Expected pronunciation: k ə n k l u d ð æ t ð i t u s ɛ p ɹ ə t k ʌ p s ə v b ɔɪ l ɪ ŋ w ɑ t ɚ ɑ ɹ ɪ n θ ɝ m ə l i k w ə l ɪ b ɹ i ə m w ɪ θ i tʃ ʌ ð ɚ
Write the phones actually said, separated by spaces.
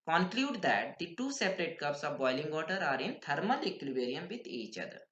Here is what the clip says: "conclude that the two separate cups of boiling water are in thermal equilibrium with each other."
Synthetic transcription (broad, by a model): k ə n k l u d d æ t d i t u s ɛ p ɹ ə t k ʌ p s ə v b ɔɪ l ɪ ŋ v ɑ t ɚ ɑ ɹ ɪ n t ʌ m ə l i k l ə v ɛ ɹ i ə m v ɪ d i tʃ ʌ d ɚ